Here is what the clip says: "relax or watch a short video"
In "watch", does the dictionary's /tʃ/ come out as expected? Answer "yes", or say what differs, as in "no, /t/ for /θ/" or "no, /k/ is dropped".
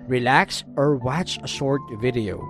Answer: no, /s/ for /tʃ/